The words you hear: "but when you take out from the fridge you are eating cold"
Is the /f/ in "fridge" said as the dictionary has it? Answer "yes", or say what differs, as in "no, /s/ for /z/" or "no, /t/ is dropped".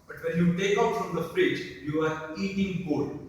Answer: no, /p/ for /f/